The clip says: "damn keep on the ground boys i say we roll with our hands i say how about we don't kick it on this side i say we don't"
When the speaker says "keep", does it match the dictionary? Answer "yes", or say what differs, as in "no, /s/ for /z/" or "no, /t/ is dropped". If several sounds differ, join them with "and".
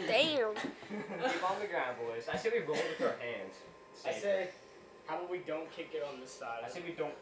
no, /p/ is dropped